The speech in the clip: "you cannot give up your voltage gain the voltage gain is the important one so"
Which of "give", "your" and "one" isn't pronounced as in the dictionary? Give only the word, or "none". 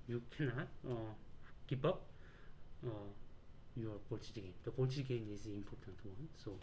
give